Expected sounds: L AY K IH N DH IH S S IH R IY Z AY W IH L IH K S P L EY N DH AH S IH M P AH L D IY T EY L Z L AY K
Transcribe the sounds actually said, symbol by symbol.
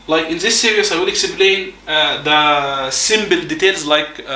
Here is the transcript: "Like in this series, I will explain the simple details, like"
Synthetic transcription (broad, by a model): L AY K IH N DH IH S S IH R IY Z AY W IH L IH K S P L EY N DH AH S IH M B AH L D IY T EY L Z L AY K